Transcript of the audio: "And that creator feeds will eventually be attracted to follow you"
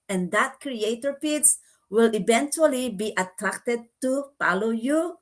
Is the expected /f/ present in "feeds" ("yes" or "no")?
no